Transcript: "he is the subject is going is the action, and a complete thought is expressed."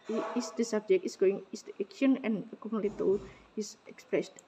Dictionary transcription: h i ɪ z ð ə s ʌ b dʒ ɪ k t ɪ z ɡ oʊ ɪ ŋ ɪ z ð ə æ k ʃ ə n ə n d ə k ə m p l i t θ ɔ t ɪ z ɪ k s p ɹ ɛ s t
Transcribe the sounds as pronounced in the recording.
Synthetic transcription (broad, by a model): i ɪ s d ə s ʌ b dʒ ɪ k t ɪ s ɡ oʊ ɪ ŋ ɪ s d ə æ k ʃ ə n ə n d ə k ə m l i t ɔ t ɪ s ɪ k s p ɹ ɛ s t